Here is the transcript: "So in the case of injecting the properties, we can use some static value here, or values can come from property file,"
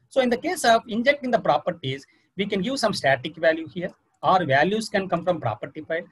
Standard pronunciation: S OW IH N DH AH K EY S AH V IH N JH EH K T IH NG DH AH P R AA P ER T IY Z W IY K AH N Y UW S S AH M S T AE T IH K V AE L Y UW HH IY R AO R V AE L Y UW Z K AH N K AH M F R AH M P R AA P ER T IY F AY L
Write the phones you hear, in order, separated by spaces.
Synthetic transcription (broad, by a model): S OW IH N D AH K EY S AH V IH N JH EH K T IH NG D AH P R AA P ER T IY Z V IY K AH N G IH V S AH M S T AE T IH K V AE L Y UW HH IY R AO R V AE L Y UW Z K AH N K AH M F R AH M P R AA P ER T IY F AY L